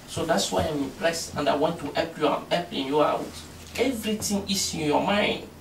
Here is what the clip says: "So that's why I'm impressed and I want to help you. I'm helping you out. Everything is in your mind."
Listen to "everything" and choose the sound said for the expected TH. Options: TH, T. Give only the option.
T